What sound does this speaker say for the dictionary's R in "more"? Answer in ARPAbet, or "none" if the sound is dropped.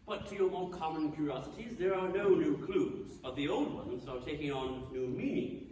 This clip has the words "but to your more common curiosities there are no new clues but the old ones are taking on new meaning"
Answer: L